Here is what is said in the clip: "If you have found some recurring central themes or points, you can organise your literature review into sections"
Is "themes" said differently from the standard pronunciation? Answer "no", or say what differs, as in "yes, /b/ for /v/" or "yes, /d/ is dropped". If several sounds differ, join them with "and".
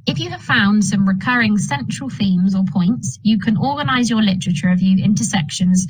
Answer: no